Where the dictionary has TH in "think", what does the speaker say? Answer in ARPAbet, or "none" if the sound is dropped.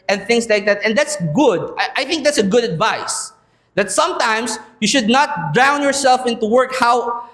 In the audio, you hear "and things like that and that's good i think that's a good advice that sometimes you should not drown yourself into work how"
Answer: TH